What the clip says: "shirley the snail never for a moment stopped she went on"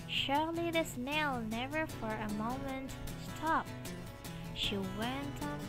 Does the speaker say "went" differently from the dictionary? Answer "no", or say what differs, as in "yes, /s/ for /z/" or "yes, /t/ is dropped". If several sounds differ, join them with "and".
no